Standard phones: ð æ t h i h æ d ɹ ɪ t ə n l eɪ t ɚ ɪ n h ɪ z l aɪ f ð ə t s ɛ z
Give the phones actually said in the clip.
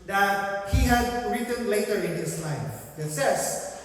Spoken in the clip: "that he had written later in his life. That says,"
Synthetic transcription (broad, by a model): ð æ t h i h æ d ɹ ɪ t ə n l eɪ t ɚ ɪ n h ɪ s l aɪ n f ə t s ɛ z